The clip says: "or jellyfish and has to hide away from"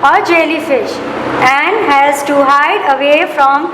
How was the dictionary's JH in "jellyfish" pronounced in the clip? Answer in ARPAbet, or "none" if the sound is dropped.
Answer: JH